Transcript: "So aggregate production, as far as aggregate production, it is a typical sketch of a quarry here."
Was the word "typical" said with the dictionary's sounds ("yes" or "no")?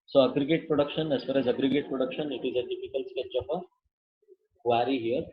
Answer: no